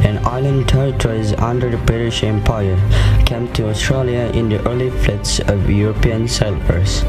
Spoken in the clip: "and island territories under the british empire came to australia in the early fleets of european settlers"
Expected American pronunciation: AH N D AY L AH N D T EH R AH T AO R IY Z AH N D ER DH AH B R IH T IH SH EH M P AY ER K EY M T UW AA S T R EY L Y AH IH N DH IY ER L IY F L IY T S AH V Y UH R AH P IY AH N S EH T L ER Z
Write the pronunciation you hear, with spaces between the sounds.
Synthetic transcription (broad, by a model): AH N AY L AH N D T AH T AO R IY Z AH N D ER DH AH B R IH T IH SH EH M P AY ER K EY M T UW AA S T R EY L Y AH IH N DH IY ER L IY F L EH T S AH V Y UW R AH P IY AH N S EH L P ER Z